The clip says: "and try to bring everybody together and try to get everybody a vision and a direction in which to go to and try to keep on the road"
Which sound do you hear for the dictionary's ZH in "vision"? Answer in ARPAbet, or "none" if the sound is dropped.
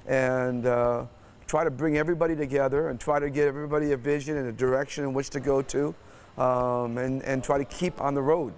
ZH